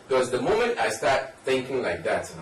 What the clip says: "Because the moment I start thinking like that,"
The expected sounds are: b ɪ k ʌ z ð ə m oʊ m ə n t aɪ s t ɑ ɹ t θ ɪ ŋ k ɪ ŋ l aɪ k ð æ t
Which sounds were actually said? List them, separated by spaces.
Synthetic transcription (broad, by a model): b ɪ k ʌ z ð ə m oʊ m ə n t aɪ s t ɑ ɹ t θ ɪ ŋ k ɪ ŋ l aɪ k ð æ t